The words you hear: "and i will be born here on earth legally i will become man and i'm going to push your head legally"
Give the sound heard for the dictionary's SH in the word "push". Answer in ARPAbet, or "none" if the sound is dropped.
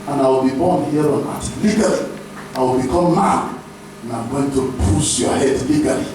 S